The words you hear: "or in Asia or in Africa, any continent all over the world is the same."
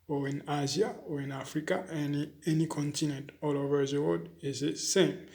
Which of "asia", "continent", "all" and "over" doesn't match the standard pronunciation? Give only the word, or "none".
asia